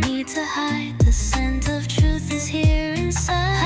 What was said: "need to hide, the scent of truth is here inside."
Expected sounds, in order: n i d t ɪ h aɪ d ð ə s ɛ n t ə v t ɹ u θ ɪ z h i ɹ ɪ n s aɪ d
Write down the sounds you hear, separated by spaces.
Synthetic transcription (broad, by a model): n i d t ɪ h aɪ d ð ə s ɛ n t ə v t ɹ u θ ɪ z h i ɹ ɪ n s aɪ